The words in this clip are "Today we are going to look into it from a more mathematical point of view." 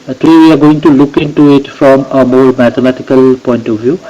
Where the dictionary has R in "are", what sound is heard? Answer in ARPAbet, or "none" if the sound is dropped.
R